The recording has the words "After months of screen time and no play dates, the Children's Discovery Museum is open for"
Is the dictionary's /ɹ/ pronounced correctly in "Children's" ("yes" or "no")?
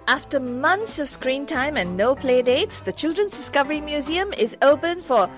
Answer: yes